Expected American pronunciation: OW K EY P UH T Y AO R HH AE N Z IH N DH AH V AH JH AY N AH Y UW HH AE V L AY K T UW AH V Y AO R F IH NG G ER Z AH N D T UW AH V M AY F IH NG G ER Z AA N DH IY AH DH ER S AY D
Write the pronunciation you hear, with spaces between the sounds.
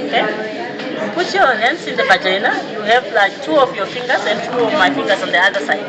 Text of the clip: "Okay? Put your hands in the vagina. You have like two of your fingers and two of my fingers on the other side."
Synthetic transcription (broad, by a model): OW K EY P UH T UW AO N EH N S IH N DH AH V AH JH AY N AH Y UW HH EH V L AY K T UW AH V Y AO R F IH NG G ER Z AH N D T UW AH V M AY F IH NG G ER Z AA N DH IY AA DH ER S AY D